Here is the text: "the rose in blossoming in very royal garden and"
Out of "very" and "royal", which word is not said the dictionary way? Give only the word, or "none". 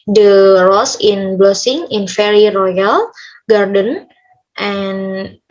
very